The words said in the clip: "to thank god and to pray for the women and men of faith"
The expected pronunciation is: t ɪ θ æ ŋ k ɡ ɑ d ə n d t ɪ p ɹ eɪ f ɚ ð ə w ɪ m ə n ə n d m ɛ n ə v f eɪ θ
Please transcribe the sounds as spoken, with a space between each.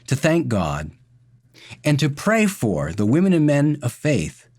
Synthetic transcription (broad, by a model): t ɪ θ æ ŋ k ɡ ɑ d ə n t ɪ p ɹ eɪ f ɚ ð ə w ɪ m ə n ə n m ɛ n ə v f eɪ θ